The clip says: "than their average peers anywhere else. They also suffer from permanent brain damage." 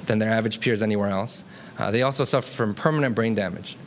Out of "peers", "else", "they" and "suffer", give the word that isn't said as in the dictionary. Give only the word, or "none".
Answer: none